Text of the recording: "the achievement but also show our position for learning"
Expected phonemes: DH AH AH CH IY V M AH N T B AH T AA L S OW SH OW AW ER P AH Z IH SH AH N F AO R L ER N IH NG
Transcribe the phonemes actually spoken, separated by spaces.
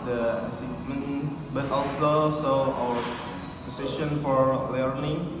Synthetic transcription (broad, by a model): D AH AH S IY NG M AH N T B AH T AA L S OW S OW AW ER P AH S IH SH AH N F AO R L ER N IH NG